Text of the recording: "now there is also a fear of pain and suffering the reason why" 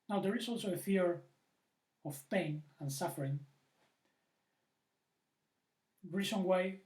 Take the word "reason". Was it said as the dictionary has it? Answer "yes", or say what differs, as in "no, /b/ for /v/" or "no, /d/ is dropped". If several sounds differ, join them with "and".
no, /s/ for /z/